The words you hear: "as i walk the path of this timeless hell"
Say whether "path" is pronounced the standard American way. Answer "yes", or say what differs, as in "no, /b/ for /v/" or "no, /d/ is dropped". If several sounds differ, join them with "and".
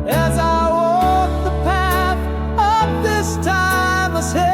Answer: yes